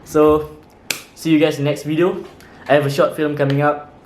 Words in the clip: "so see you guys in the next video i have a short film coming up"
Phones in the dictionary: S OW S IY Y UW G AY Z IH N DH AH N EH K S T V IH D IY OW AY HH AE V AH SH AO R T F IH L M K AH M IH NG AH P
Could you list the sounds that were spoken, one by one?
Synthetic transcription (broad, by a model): S OW S IY Y UW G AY IH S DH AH N EH K S T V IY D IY OW AY HH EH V AH SH AO T F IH L M K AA M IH NG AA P